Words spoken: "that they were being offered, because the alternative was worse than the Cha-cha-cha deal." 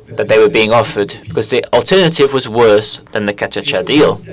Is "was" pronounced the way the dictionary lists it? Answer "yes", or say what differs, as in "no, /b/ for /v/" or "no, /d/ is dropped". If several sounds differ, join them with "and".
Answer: yes